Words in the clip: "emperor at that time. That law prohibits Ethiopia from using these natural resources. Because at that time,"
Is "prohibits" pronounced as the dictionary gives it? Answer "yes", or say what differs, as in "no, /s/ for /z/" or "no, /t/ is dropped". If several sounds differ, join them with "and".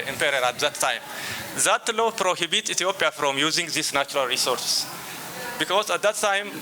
no, /s/ is dropped